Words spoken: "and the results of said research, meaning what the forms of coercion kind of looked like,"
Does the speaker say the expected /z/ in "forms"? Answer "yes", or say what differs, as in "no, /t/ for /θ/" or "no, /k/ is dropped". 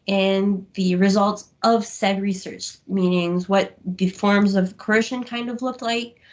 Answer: yes